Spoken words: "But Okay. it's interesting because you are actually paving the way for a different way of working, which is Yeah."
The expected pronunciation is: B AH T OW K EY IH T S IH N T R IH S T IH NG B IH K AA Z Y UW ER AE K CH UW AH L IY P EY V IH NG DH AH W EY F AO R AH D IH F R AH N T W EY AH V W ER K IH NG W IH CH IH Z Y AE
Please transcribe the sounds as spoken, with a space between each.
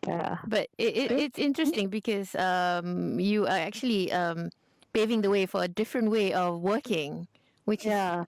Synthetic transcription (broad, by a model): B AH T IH IH IH T S IH N T R IH S T IH NG B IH K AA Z Y UW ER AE K CH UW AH L IY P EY V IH NG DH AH W EY F AO R AH D IH F R AH N T W EY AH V W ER K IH NG W IH CH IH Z